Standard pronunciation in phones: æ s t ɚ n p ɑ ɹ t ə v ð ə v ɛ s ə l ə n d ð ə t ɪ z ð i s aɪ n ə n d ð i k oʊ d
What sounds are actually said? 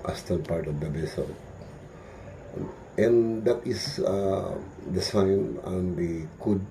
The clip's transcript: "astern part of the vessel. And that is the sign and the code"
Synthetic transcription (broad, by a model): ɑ s t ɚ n p ɑ ɹ t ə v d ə b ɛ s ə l ə n d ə t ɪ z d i s aɪ n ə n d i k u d